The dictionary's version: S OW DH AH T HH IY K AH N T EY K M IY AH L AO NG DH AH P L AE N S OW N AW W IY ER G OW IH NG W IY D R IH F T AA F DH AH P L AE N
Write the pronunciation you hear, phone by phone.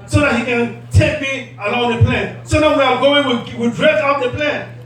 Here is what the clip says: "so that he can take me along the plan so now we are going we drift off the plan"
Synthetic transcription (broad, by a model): S OW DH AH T HH IY K AH N T EY K M IY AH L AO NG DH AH P L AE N S OW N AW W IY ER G OW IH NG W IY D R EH T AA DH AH P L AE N